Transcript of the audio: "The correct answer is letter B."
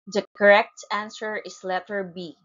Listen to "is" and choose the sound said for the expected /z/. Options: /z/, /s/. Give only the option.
/s/